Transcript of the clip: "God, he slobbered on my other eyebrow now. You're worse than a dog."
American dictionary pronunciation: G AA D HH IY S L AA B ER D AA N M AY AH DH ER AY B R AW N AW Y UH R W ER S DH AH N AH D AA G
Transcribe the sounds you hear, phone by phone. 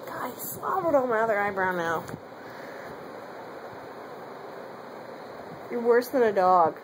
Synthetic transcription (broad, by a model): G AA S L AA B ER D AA L M AY AH DH ER AY B R AW N AW Y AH R W ER S DH AH N AH D AA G